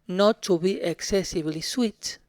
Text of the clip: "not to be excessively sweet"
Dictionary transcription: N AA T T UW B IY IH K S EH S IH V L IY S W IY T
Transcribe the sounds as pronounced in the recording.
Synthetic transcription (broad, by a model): N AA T T UW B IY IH K S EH S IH B L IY S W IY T